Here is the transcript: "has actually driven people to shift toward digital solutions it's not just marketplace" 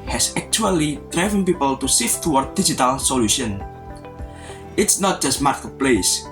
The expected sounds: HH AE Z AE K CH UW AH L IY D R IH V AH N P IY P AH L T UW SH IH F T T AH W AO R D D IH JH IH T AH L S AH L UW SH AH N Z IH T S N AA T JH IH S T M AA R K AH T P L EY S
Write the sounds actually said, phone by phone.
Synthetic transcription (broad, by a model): HH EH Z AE K CH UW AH L IY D R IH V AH N P IY P AH L T UW S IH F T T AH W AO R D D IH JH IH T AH L S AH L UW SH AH N IH T S N AA T JH IH S T M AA R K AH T P L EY S